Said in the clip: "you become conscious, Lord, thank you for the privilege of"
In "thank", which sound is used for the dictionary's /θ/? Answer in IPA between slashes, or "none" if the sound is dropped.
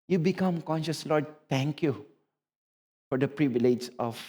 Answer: /t/